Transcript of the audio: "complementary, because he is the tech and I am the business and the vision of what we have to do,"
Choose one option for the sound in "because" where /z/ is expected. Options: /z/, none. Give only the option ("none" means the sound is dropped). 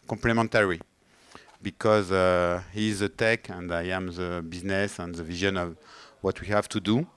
/z/